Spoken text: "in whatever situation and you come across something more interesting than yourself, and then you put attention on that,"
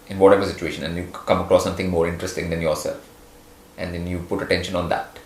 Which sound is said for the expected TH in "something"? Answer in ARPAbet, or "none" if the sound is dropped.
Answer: T